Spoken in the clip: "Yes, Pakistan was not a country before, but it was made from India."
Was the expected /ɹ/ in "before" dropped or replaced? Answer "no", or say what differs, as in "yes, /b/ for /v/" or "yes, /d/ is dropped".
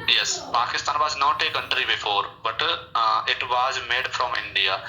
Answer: no